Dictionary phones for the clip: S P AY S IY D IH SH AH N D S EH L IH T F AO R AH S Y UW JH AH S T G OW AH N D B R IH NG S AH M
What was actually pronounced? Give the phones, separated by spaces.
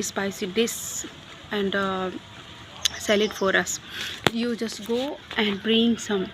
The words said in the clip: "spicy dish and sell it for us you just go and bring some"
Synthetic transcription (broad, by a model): S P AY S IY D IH S AH N D S EH L IH T F AO R AH S Y UW JH AH S T G OW AH N D B R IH NG S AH M